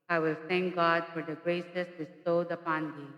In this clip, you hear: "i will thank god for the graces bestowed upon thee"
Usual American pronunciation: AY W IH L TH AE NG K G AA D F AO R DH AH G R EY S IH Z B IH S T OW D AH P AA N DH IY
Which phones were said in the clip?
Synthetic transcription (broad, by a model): AY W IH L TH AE NG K G AA D F AO R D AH G R EY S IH S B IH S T OW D AH P AA N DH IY